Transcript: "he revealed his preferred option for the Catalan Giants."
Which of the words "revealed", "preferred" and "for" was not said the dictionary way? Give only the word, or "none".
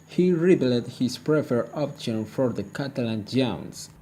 revealed